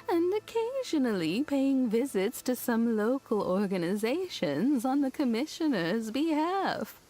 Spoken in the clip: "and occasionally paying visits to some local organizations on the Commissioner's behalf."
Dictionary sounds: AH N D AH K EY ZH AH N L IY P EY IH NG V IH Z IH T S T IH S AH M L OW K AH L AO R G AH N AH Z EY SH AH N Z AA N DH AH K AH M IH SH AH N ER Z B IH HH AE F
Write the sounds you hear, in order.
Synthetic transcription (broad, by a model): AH N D AH K EY ZH AH N L IY P EY IH NG V IH Z IH T S T IH S AH M L OW K AH L AO R G AH N AH Z EY SH AH N Z N DH AH K AH M IH SH AH N ER Z B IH HH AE F